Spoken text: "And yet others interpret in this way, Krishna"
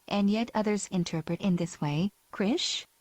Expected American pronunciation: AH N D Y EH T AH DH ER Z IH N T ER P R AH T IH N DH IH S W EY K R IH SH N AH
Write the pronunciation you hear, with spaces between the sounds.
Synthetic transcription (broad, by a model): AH N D Y EH T AH DH ER Z IH N T ER P R AH T IH N DH IH S W EY K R IH SH